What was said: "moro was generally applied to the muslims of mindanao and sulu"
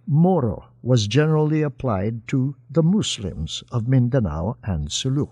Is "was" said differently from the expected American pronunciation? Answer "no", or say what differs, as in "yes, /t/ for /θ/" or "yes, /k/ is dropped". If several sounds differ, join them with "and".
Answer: no